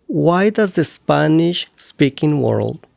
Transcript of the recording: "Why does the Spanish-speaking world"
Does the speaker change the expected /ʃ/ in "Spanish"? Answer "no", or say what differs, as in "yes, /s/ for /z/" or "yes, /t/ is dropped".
no